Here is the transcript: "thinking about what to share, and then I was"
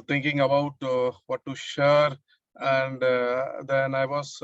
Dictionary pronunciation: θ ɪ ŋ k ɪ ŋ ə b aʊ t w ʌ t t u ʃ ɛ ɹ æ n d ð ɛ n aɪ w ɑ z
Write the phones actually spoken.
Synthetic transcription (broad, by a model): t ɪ ŋ k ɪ ŋ ə b aʊ t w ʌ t t u ʃ ɛ ɹ æ n d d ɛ n aɪ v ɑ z